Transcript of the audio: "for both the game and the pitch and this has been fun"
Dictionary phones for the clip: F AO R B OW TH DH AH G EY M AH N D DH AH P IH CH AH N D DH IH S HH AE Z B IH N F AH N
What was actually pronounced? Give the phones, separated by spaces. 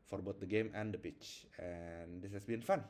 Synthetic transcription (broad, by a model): F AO R B OW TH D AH G EY M AH N D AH P IH CH AH N D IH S HH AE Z B IH N F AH N